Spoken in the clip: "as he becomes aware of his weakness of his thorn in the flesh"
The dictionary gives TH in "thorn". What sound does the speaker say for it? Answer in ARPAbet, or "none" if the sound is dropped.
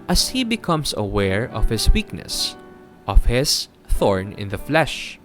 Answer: TH